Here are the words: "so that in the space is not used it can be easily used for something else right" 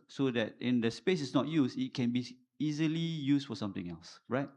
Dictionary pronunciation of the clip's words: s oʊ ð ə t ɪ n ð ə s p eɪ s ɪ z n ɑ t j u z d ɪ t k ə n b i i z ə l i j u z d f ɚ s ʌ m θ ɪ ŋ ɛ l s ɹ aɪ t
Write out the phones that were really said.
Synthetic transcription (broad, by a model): s oʊ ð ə t ɪ n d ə s p eɪ s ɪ s n ɑ t j u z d ɪ t k ə n b i i z ə l i j u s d f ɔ s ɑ m t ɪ ŋ ɛ l s ɹ aɪ t